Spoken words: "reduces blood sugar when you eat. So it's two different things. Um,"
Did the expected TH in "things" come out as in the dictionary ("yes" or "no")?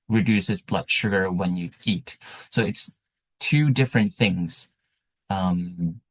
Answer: yes